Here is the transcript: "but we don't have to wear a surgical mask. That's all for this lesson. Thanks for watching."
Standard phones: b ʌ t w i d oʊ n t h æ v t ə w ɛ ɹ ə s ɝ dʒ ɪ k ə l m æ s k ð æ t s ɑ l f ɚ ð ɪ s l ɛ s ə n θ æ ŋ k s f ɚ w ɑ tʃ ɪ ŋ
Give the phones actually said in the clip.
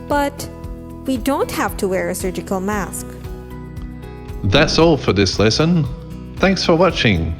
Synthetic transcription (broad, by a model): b ʌ t w i d oʊ n t h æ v t ə w ɛ ɹ ə s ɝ dʒ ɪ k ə l m æ s k ð æ t s ɑ l f ɚ ð ɪ s l ɛ s ə n θ æ ŋ k s f ɚ w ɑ tʃ ɪ ŋ